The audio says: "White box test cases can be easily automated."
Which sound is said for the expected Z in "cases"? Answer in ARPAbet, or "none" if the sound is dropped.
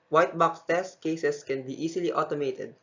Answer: S